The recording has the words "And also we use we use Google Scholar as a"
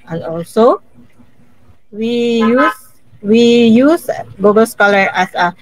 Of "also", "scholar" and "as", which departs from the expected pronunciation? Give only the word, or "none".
as